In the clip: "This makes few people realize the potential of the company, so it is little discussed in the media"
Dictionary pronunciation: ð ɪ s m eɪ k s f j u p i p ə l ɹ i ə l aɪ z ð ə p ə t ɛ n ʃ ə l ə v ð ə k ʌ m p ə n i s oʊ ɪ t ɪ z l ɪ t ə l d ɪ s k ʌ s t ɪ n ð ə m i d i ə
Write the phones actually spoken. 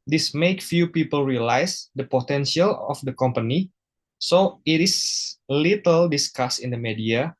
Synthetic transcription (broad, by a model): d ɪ s m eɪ k f j u p i p ə l ɹ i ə l aɪ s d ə p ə t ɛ n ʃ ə l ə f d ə k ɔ m p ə n i s oʊ ɪ t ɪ s l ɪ t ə l d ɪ s k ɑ s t ɪ n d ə m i d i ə